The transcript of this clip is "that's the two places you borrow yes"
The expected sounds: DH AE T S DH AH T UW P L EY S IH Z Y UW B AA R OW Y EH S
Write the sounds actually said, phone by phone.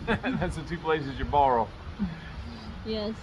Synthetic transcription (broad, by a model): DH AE T S DH AH T UW P L EY S IH Z Y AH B AA R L Y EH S